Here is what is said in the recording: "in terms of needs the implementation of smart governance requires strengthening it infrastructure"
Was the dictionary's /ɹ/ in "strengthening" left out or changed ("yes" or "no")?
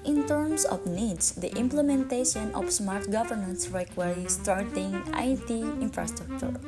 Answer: yes